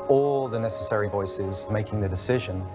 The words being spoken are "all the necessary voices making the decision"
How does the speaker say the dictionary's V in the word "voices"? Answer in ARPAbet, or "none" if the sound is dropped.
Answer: V